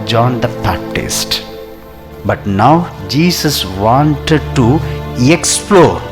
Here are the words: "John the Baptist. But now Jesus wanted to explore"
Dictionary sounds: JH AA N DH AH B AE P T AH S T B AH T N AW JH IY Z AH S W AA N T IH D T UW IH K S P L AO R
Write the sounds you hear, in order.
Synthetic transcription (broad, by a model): JH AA N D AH B AE P T AH S T B AH T N AW JH IY S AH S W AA N T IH D T UW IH K S P L AO R